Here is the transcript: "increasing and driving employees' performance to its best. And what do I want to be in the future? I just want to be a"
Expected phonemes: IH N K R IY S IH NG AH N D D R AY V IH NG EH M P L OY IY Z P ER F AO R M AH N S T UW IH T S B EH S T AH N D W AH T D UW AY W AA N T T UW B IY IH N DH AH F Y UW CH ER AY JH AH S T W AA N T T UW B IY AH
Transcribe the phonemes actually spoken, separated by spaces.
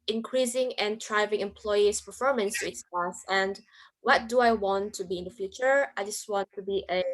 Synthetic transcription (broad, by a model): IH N K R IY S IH NG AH N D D R AY V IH NG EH M P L OY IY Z P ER F AO R M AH N S T UW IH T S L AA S AH N D W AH T D UW AY W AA N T T UW B IY IH N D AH F Y UW CH ER AY JH AH S T W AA N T T UW B IY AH